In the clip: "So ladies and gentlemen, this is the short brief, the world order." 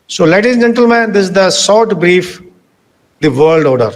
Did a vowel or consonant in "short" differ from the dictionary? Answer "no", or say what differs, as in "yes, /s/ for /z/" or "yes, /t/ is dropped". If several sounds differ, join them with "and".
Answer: yes, /s/ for /ʃ/